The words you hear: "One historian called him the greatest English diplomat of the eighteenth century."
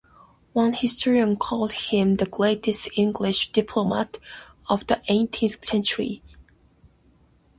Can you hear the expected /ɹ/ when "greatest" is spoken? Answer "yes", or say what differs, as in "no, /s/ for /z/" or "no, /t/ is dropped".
no, /l/ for /ɹ/